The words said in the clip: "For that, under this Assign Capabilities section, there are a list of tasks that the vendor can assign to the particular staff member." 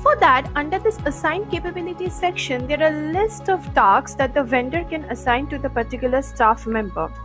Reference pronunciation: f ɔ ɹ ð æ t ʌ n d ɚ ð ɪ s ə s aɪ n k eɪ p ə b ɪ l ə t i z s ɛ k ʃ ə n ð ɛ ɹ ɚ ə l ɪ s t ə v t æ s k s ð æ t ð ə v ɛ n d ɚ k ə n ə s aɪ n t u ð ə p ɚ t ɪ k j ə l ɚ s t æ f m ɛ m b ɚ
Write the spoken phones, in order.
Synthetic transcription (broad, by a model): f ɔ ɹ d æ t ʌ n d ɚ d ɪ s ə s aɪ n k eɪ p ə b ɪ l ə t i s ɛ k ʃ ə n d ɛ ɹ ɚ ə l ɪ s t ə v t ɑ k s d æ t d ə v ɛ n d ɚ k ə n ə s aɪ n t u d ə p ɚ t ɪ k j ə l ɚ s t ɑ f m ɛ m b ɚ